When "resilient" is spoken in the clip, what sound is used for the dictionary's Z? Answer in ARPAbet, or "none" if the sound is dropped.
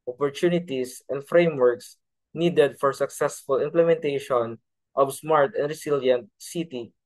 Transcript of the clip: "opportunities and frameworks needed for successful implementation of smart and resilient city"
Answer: S